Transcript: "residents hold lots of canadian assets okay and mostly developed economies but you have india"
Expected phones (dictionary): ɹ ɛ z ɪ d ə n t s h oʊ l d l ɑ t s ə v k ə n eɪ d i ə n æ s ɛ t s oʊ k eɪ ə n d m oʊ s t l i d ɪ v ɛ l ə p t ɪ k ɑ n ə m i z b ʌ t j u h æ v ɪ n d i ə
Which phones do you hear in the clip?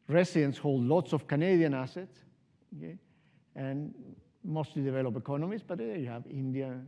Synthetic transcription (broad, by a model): ɹ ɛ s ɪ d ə n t s h oʊ l d l ɑ t s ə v k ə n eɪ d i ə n æ s ɛ t s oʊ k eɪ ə n m oʊ s t l i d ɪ v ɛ l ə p ɪ k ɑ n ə m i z b ʌ t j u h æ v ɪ n d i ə